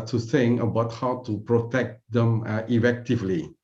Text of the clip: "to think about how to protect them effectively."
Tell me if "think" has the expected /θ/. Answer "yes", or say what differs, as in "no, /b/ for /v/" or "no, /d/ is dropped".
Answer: no, /s/ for /θ/